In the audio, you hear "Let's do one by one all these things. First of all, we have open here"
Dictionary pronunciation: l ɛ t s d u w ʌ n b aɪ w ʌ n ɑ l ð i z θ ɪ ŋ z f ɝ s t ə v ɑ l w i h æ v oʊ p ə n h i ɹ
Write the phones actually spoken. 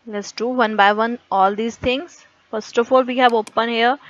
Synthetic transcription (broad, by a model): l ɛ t s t u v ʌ n b aɪ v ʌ n ɑ l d i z t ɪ ŋ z f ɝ s t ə f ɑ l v i h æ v oʊ p ə n h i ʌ